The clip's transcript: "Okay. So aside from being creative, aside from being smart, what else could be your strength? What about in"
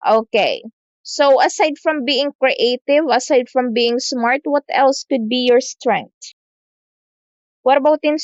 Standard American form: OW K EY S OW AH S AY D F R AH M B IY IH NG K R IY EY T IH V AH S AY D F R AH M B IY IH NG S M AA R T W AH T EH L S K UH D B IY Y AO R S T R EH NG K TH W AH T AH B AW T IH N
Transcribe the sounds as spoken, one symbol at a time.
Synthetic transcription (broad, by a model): OW K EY S OW AH S AY D F R AH M B IY IH NG K R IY EY T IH V AH S AY D F R AH M B IY IH NG S M AA R T W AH T EH L S K UH D B IY Y AO R S T R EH NG K T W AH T AH B AW T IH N